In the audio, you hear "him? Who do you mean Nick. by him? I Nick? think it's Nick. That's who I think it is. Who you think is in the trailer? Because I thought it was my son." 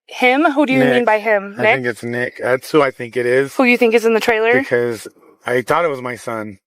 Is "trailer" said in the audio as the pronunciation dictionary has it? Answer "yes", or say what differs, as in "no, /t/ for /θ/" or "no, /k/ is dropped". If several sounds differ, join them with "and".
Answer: yes